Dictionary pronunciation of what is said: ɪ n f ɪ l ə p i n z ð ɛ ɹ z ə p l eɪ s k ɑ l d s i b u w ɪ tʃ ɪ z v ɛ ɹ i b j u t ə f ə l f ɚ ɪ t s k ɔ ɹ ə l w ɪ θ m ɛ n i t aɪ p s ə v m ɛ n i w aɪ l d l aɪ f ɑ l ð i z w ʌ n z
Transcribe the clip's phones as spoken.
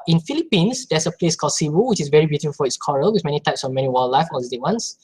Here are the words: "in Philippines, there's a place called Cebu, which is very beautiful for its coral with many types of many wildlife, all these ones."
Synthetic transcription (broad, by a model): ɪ n f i l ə p i n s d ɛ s ə p l eɪ s k ɑ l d s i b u w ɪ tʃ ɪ s v ɛ ɹ i b j u t ə f ə l f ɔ ɪ t s k ɔ ɹ ə l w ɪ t m ɛ n i t aɪ p s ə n m ɛ n i w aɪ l l aɪ f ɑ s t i w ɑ n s